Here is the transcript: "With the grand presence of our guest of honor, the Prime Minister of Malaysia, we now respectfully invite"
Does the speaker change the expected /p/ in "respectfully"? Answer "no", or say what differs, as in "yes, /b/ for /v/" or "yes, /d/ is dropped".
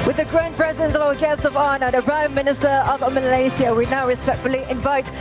no